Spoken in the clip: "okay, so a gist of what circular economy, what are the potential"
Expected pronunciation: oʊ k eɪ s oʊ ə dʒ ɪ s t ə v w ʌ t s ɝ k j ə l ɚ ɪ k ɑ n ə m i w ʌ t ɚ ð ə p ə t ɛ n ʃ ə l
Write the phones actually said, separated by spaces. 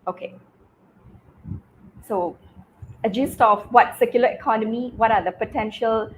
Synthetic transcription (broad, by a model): oʊ k eɪ s oʊ ə dʒ ɪ s t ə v w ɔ t s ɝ k j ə l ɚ ɪ k ɑ n ə m i w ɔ t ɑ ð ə p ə t ɛ n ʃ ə l